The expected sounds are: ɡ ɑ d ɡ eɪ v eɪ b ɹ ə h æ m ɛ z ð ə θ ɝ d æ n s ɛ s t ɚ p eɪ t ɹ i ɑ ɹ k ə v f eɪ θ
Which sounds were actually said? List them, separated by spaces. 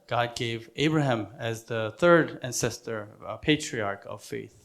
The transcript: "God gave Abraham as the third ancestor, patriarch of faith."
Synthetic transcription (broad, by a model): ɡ ɑ d ɡ eɪ v eɪ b ɹ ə h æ m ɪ z ð ə θ ɝ d æ n s ɛ s t ɚ p eɪ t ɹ i ɑ ɹ k ə v f eɪ θ